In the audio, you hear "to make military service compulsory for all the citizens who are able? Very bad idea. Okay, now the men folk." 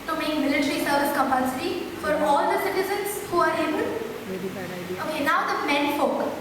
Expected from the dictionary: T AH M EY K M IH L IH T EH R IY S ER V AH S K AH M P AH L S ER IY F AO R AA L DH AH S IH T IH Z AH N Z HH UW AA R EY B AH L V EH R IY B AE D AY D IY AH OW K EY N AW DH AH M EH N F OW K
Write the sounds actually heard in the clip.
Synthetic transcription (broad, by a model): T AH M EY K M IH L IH T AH R IY S ER V AH S K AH M P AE S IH IY F AO R AA L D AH S IH T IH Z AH N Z HH UW AA R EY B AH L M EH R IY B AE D AY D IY OW K EY N AW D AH M EH N F OW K